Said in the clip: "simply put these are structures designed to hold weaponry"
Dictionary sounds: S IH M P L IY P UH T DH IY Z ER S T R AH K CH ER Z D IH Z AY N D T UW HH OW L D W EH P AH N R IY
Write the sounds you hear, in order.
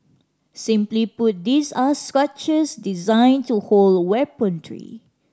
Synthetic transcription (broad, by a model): S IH M P L IY P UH T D IY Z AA S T R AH CH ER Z D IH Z AY N T UW HH OW L D W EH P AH N R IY